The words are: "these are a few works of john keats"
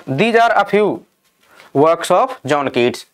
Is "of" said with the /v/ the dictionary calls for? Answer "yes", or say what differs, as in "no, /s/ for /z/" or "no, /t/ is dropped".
no, /p/ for /v/